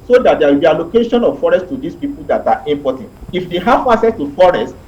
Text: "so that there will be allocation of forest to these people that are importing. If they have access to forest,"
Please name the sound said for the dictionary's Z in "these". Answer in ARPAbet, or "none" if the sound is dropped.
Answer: S